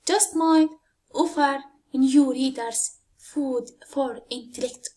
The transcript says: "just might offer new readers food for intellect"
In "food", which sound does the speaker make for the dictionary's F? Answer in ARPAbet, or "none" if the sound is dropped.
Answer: F